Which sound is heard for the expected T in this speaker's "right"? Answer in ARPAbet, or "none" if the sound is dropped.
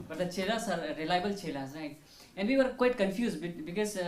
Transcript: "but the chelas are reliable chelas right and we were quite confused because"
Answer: none